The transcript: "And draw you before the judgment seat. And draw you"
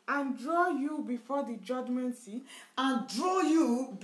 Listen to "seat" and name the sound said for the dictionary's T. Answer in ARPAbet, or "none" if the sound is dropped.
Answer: none